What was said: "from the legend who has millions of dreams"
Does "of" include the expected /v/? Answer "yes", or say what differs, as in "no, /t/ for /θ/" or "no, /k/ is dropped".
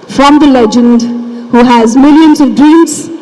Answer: yes